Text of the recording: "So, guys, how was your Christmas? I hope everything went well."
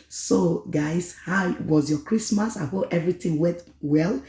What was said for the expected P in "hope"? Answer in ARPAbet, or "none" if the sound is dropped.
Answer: none